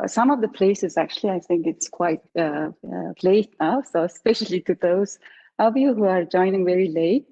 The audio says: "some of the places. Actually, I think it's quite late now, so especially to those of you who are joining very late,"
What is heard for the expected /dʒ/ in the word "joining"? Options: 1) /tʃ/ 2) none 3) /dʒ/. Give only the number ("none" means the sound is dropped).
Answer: 3